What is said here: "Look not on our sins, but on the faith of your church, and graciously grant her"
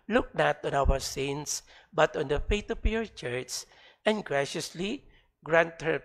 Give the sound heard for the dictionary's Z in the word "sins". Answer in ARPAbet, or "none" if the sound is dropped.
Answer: S